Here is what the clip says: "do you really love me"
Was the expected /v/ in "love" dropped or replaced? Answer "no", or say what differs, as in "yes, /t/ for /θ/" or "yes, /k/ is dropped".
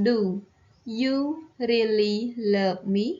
yes, /p/ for /v/